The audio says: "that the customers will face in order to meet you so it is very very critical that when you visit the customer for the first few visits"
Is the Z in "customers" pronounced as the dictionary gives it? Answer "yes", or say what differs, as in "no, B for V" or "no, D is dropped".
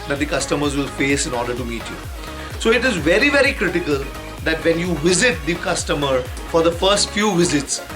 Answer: yes